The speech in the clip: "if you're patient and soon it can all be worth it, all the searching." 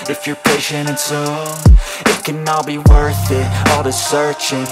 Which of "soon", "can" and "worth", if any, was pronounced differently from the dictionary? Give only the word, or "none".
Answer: soon